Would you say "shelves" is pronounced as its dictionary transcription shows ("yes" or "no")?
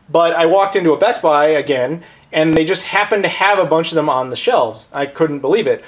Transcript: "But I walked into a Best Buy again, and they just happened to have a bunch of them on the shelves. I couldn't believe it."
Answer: yes